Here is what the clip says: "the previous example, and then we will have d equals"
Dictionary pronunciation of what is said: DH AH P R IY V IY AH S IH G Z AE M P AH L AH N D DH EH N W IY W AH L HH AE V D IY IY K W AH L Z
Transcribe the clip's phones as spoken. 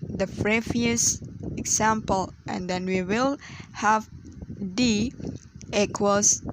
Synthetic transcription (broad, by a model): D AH F R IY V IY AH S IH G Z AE M P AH L AH N D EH N W IY W AH L HH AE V D IY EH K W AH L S